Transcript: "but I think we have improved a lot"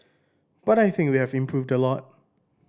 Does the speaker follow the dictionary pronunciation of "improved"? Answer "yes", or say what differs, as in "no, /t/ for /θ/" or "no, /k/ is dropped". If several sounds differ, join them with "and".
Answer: yes